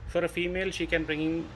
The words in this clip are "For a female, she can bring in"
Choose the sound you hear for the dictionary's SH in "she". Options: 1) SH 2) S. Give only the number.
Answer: 1